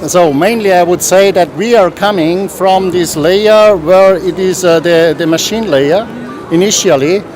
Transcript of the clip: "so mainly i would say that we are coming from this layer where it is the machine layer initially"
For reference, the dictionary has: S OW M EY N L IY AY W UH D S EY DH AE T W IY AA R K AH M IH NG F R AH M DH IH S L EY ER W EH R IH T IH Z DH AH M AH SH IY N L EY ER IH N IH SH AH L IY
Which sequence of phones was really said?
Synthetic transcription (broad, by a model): S OW M EY N L IY AY W UH D S EY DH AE T W IY AA R K AH M IH NG F R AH M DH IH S L EY ER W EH R IH T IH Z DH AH M AH SH IY N L EY ER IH N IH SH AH L IY